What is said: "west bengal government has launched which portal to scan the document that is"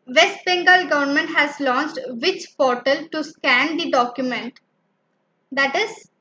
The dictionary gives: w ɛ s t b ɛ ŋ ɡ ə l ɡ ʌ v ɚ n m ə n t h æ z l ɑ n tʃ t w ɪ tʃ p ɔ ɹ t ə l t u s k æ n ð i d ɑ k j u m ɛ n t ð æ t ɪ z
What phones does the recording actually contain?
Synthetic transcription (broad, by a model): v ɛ s t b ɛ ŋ ɡ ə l ɡ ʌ v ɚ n m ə n t h æ z l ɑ n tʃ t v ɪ tʃ p ɔ ɹ t ə l t u s k æ n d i d ɑ k j u m ɛ n t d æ t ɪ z